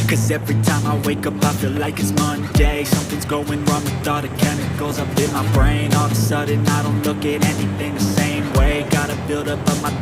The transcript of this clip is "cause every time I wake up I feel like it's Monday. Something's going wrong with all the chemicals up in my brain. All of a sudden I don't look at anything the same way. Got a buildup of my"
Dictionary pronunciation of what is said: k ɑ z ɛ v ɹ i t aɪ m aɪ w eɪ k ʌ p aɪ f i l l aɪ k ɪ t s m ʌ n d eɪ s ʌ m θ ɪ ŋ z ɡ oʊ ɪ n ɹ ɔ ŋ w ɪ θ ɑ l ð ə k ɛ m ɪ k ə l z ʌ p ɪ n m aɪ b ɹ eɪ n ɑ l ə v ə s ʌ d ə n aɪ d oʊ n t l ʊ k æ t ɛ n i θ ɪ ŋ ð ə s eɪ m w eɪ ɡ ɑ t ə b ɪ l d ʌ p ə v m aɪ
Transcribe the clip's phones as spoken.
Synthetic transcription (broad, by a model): k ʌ z ɛ v ɹ i t aɪ m aɪ w eɪ k ʌ p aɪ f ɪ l l aɪ k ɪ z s m ʌ n d eɪ s ʌ m θ ɪ ŋ z ɡ oʊ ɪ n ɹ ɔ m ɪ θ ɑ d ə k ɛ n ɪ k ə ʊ z ʌ p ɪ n m aɪ b ɹ eɪ n ɑ l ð ə s ʌ d n aɪ d oʊ n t l ʊ k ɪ t ɛ n i θ ɪ ŋ ð ə s eɪ m w eɪ ɡ ɑ t ə b ɪ l d ʌ p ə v m aɪ